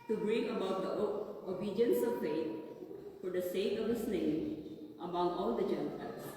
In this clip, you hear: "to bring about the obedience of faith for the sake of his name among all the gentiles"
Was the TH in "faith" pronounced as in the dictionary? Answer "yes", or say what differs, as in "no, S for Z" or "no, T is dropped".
no, T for TH